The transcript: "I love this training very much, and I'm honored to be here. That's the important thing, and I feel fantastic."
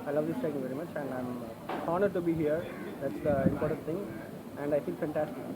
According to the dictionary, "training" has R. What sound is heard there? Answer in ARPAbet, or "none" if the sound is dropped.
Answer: none